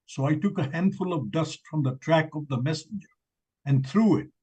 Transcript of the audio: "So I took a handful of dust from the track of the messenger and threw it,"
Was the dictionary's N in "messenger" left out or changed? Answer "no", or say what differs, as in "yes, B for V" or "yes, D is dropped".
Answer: no